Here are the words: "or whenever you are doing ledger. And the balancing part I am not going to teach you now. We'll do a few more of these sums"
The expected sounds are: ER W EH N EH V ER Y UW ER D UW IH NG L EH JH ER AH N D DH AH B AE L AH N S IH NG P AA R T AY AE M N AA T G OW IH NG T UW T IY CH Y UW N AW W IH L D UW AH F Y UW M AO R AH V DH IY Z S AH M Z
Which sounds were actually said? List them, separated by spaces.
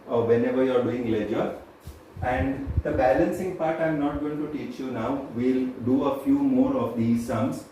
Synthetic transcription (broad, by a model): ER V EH N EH V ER Y UW ER D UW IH NG L EH JH ER AH N D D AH B AE L AH N S IH NG P AA R T AY M N AA T G OW IH NG T UW T IY CH Y UW N AW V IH L D UW AH F Y UW M AO R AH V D IY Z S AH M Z